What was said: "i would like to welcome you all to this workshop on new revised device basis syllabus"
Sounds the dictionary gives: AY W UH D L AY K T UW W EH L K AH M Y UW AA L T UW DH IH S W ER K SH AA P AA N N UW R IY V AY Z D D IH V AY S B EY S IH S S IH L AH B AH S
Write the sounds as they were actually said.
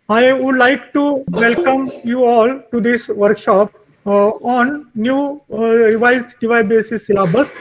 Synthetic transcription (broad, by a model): AY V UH D L AY K T UW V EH L K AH M Y UW AA L T UW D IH S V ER K SH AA P AA N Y UW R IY V AY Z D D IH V AY B EY S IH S S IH L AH B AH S